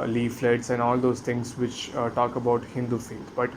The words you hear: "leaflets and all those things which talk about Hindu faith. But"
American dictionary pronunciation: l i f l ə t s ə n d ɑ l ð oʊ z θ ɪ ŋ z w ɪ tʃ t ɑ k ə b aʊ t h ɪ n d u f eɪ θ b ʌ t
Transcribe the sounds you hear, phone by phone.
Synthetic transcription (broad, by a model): l i f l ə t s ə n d ɑ l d oʊ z t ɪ ŋ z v ɪ tʃ t ɑ k ə b aʊ t h ɪ n d u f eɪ t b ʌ t